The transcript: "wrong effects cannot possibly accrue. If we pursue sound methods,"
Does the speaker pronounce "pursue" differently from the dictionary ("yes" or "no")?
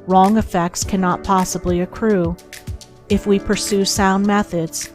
no